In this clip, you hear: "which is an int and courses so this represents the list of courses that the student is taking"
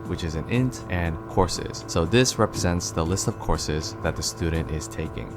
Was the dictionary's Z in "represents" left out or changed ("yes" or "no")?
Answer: no